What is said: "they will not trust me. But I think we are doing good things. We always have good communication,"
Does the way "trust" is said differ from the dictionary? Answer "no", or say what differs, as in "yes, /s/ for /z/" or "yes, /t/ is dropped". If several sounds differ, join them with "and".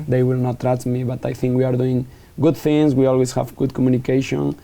yes, /s/ is dropped